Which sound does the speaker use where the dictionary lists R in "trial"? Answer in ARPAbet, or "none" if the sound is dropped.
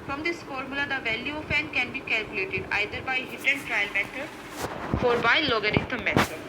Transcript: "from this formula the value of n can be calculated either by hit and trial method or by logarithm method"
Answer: R